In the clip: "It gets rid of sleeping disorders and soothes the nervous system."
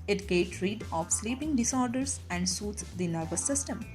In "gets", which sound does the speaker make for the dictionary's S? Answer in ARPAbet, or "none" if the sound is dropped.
none